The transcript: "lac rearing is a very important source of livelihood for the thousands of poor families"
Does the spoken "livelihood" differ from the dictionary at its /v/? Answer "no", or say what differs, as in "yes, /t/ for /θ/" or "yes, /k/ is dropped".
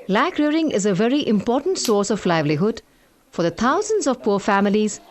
no